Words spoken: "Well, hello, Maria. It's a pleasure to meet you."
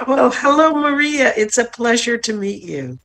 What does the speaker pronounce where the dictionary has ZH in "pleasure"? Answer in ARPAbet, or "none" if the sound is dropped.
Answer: ZH